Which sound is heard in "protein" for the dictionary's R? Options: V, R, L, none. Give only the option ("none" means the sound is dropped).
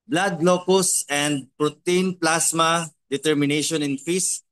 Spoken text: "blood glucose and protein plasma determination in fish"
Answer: R